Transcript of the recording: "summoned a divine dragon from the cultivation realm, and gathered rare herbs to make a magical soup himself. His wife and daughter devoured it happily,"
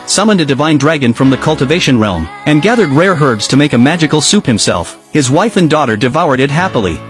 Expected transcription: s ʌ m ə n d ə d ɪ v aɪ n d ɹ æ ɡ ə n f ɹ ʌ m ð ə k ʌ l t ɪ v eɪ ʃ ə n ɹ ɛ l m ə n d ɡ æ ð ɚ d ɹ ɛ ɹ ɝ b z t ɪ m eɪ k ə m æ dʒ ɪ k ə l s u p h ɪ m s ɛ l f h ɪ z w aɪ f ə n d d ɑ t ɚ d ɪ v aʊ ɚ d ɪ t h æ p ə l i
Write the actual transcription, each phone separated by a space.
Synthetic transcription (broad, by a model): s ʌ m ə n d ə d ɪ v aɪ n d ɹ æ ɡ ə n f ɹ ʌ m ð ə k ʌ l t ɪ v eɪ ʃ ə n ɹ ɛ l m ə n ɡ æ ð ɚ d ɹ ɛ ɹ ɝ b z t ɪ m eɪ k ə m æ dʒ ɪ k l s u p h ɪ m s ɛ l f h ɪ z w aɪ f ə n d d ɑ t ɚ d ɪ v aʊ ɚ d ɪ t h æ p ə l i